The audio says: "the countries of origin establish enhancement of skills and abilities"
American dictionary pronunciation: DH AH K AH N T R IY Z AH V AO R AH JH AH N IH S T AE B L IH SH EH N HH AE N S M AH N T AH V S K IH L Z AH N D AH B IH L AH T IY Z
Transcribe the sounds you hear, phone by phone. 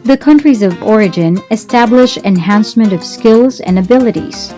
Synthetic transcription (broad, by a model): DH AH K AH N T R IY Z AH V AO R AH JH AH N IH S T AE B L IH SH EH N HH AE N S M AH N T AH V S K IH L Z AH N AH B IH L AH T IY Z